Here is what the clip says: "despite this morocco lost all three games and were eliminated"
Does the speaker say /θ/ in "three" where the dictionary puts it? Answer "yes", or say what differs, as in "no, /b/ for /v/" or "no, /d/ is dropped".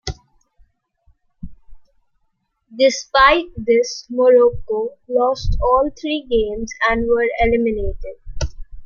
no, /t/ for /θ/